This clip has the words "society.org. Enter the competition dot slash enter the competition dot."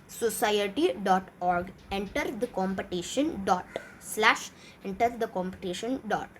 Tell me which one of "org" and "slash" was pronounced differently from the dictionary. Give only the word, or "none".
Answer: none